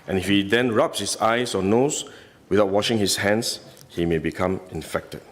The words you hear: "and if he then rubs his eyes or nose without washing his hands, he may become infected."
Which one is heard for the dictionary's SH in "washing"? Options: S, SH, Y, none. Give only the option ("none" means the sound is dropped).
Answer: SH